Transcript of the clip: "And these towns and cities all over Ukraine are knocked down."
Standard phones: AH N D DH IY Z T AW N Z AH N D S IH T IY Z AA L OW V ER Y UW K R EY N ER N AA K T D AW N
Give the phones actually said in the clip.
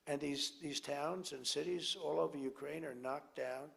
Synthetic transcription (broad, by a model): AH N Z DH IY Z T AW N Z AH N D S IH T IY Z AA L OW V ER Y UW K R EY N ER N AA K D AW N